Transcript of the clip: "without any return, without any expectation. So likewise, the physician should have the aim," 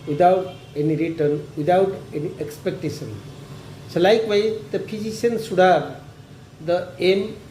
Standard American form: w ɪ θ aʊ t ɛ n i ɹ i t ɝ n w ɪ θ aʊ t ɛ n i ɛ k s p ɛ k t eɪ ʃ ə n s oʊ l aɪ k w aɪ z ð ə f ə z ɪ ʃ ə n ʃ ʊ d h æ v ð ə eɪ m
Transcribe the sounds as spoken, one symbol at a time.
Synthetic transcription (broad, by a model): w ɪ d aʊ t ɛ n i ɹ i t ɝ n w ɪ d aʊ t ɛ n i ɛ k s p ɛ k t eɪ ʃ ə n s oʊ l aɪ k w aɪ z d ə p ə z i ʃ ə n s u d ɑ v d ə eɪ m